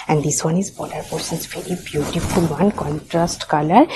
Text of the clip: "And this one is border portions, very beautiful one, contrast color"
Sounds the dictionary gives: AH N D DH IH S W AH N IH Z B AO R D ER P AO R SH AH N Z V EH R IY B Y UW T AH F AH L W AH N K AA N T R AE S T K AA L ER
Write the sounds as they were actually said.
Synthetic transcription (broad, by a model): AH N D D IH S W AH N IH Z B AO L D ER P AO R S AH N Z V EH R IY B Y UW T AH F AH L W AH N K AA N T R AE S T K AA L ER